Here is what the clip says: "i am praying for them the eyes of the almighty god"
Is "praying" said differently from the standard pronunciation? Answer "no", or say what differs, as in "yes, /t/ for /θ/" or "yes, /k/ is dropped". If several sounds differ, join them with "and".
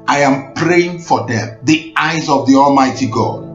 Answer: no